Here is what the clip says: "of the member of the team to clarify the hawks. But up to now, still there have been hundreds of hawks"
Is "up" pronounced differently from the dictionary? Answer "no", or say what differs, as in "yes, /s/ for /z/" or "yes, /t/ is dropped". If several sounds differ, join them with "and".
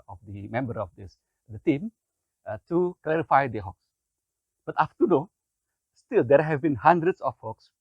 yes, /f/ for /p/